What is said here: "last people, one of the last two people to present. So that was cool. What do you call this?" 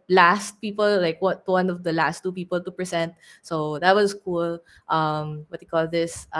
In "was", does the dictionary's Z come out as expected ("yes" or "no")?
no